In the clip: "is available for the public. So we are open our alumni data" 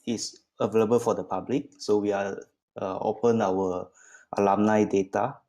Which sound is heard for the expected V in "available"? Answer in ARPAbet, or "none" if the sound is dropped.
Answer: V